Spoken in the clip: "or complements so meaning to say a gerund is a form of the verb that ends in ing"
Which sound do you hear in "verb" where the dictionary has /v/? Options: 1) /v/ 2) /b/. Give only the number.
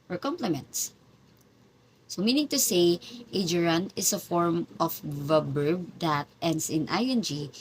2